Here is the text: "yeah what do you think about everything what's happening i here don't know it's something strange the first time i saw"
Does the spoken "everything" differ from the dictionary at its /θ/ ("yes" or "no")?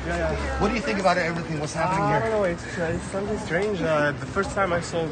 no